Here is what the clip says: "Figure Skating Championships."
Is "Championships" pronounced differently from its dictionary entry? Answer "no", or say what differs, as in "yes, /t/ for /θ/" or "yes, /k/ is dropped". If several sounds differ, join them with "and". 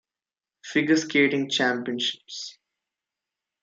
no